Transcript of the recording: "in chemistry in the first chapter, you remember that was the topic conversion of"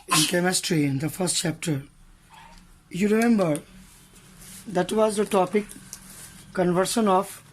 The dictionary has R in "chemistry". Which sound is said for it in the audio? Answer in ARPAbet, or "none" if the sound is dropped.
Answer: R